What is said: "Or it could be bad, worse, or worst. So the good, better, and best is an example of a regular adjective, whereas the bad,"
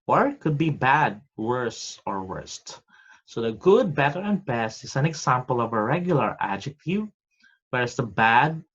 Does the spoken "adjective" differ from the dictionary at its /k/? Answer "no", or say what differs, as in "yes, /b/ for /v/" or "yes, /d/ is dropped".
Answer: no